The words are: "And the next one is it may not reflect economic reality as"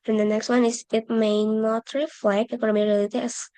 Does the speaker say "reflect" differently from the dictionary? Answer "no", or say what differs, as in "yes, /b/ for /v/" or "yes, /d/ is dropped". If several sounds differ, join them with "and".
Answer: yes, /t/ is dropped